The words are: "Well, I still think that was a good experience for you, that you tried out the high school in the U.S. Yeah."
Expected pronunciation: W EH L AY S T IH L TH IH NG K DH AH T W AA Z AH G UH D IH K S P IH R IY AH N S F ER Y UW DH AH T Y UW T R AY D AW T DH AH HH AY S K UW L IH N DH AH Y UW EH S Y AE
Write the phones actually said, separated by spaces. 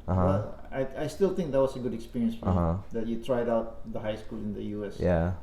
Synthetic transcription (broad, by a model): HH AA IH AY S T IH L T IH NG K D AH T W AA S AH G UH D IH K S P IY R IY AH N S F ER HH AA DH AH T Y UW T R AY D AW T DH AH HH AY S K UW L IH N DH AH Y UW EH S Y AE